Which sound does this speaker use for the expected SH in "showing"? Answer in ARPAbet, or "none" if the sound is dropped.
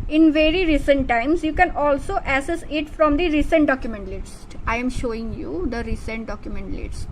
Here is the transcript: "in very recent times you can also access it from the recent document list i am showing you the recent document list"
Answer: SH